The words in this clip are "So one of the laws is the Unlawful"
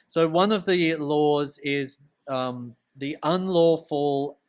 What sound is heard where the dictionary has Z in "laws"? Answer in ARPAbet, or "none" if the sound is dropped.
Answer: Z